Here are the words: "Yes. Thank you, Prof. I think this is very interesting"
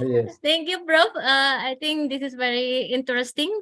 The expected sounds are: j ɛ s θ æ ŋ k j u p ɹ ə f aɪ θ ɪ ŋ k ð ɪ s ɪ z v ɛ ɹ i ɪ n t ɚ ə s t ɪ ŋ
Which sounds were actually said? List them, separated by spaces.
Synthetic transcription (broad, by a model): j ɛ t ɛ ŋ k j u b ɹ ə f aɪ t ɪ ŋ k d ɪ s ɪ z v ɛ ɹ i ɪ n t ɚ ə s t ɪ ŋ